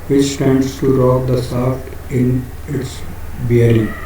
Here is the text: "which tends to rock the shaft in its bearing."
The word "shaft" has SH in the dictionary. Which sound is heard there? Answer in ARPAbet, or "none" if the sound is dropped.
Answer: S